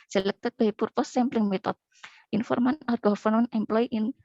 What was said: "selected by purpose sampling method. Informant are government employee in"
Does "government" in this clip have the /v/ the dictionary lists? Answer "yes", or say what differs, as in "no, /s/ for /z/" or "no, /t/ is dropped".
no, /f/ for /v/